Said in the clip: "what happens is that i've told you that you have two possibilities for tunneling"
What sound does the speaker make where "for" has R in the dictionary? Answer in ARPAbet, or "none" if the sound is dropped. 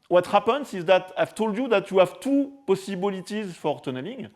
R